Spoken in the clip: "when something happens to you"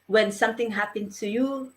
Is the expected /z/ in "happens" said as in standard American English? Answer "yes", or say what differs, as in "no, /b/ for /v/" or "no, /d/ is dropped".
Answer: no, /z/ is dropped